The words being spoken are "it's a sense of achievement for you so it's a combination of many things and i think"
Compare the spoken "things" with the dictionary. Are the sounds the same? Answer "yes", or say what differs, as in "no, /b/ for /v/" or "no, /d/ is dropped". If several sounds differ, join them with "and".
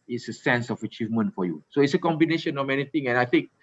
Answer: no, /t/ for /θ/ and /z/ is dropped